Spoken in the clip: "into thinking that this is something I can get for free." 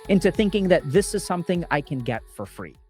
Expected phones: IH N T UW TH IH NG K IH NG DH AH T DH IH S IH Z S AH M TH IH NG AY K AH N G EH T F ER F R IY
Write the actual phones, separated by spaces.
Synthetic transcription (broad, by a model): IH N T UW TH IH NG K IH NG DH AH T DH IH S IH Z S AH M TH IH NG AY K AH N G EH T F ER F R IY